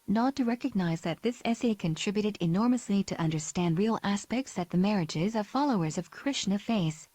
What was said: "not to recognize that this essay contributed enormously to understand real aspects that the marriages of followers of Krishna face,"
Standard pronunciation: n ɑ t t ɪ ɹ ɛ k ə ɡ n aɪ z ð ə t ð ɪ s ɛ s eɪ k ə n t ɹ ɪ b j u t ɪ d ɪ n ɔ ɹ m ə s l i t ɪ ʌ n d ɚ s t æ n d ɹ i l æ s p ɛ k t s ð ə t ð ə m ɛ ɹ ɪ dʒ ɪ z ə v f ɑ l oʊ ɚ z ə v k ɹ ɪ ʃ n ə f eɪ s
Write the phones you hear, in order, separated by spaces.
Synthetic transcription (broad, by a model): n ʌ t t ɪ ɹ ɛ k ə ɡ n aɪ z ð ə t ð ɪ s ɛ s eɪ k ə n t ɹ ɪ b j u t ɪ d ɪ n ɔ ɹ m ə s l i t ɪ ʌ n d ɚ s t æ n d ɹ i l æ s p ɛ k t s ð ə t ð ə m ɛ ɹ ɪ dʒ ɪ z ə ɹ f ɑ l oʊ ɚ z ə v k ɹ ɪ ʃ n ə f eɪ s